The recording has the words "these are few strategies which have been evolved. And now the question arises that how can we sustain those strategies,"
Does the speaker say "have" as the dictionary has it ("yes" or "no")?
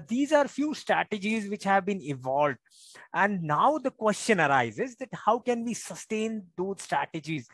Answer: yes